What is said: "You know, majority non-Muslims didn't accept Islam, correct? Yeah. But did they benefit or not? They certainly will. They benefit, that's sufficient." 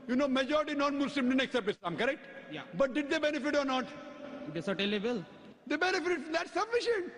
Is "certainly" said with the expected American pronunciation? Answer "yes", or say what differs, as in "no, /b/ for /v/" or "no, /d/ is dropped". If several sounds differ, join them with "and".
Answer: no, /n/ is dropped